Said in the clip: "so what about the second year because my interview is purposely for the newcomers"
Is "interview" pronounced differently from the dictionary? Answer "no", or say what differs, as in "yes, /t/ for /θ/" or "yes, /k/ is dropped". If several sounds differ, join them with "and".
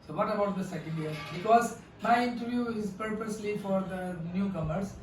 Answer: no